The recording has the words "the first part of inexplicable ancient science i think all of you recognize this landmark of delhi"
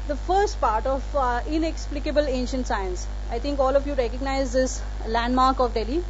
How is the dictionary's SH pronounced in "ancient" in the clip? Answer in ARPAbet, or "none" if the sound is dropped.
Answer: SH